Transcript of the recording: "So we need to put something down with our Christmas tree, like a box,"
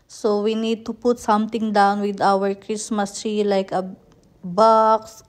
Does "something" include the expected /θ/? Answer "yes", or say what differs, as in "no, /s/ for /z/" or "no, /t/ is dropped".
no, /t/ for /θ/